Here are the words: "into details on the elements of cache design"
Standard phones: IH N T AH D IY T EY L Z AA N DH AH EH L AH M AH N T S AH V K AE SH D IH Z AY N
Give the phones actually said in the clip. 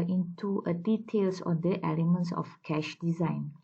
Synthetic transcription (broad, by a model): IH N T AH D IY T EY L S AA N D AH EH L AH M AH N T S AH F K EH SH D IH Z AY N